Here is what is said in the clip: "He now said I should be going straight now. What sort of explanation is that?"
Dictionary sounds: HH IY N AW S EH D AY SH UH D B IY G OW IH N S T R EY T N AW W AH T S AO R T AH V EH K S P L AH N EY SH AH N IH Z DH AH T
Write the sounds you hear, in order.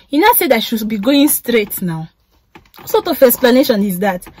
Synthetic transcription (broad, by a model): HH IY N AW S EH D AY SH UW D B IY G OW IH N S T R EY T N AW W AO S AO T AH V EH S P L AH N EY SH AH N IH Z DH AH T